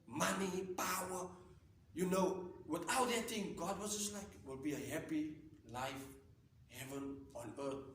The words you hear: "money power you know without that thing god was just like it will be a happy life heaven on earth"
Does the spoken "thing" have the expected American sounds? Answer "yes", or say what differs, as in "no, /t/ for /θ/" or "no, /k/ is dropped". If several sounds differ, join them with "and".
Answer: no, /t/ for /θ/